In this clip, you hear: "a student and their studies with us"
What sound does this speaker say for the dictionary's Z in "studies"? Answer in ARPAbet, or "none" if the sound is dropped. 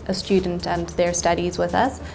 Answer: Z